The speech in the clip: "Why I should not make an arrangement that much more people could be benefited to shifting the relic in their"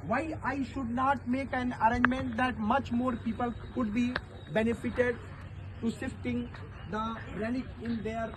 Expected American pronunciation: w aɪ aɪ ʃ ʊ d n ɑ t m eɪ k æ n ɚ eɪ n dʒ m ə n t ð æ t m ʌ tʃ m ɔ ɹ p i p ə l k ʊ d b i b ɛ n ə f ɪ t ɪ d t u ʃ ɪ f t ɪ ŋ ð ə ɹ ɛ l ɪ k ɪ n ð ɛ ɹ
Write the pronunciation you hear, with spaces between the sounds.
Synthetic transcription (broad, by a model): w aɪ aɪ ʃ ʊ d n ɑ t m eɪ k æ n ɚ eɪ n dʒ m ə n t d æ t m ʌ tʃ m ɔ ɹ p i p ə l k ʊ d b i b ɛ n ə f ɪ t ɪ d t u s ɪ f t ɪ ŋ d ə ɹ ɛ n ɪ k ɪ n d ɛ ɹ